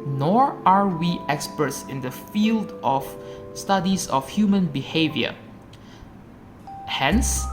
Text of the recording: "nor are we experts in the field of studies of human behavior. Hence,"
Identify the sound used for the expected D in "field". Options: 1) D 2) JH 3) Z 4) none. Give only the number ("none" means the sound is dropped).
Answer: 1